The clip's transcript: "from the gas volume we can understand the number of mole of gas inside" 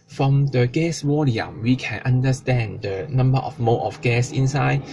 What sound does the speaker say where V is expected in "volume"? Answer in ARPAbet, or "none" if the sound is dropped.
W